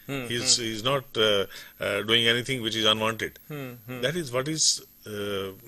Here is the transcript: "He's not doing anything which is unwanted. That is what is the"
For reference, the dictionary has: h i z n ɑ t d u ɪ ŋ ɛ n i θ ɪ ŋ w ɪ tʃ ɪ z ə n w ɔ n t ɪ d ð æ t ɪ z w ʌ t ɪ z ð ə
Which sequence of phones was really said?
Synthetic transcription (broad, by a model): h i z n ɑ t d u ɪ ŋ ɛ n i t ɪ ŋ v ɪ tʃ ɪ z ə n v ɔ n t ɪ d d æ t ɪ z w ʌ t ɪ z